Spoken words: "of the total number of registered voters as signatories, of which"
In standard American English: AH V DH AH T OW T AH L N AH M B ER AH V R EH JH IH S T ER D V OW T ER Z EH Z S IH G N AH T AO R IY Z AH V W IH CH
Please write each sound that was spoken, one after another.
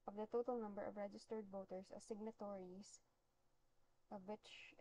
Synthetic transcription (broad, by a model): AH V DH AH T OW T AH L N AH M B ER AH V R EH JH IH S T ER D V OW T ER S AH S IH G N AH T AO R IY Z AH V W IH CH